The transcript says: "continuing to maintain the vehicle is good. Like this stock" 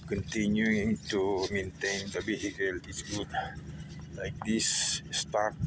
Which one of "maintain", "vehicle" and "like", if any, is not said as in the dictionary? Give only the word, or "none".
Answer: vehicle